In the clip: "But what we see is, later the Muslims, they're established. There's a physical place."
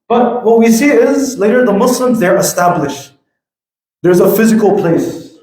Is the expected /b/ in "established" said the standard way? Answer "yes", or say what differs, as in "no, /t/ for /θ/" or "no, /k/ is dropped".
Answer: yes